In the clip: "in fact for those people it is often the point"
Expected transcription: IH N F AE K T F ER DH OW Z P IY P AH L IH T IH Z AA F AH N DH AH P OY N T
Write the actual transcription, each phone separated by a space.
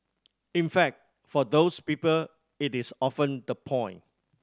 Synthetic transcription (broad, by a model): IH N F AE K T F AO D OW S P IY P AH L IH T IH S AA F AH N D AH P OY N